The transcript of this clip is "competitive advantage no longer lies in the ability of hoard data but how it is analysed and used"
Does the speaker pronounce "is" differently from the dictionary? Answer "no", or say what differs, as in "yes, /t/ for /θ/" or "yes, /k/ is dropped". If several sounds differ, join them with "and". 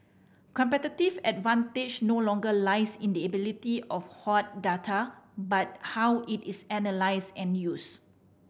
yes, /s/ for /z/